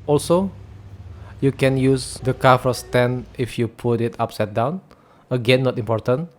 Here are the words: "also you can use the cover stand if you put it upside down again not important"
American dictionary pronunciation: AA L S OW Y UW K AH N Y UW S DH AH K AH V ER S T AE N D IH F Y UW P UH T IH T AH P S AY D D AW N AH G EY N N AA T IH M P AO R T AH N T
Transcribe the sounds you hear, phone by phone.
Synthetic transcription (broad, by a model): AA L S OW Y UW K AH N Y UW S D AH K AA F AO S T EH N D IH F Y UW P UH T IH T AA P S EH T D AW N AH G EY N N AA T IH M P AO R T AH N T